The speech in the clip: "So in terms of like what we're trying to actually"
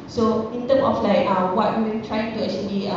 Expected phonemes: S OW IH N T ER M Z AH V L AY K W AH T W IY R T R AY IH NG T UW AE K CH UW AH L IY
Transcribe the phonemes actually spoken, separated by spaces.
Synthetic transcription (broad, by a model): S OW IH N T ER M AH F L AY K W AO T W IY W T R AY IH NG T UW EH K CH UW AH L IY